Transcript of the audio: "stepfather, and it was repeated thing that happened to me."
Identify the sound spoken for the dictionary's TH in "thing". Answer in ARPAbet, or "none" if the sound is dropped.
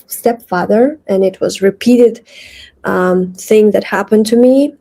TH